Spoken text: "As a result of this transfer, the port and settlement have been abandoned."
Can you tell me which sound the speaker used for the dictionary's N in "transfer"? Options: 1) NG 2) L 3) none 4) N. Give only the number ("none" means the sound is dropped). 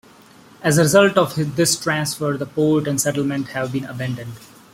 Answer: 4